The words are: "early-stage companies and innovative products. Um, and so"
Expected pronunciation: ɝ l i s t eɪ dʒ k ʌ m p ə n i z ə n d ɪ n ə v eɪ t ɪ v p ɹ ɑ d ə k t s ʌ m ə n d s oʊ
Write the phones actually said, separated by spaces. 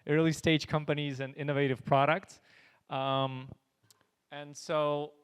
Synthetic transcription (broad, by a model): ɝ l i s t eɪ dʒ k ʌ m p ə n i z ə n ɪ n ə v eɪ t ɪ v p ɹ ɑ d ə k t s ʌ m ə n s oʊ